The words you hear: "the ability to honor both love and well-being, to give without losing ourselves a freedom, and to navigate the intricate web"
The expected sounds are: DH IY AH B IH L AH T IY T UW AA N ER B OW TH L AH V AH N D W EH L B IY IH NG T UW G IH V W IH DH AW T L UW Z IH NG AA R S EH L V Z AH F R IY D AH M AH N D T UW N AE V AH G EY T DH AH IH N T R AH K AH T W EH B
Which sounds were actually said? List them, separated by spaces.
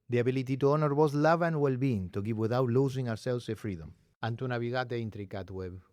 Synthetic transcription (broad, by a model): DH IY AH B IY L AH T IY T UW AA N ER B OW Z L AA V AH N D W EH L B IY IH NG T UW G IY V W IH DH AW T L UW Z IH NG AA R S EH L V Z AH F R IY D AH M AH N T UW N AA B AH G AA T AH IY N T R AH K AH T W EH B